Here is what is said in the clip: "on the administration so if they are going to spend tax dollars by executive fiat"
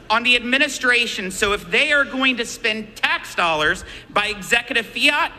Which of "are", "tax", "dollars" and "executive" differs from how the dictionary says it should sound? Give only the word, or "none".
none